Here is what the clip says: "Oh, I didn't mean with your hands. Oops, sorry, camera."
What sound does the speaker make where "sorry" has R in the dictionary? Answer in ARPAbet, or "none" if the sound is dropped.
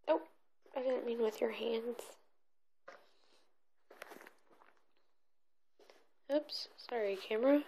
R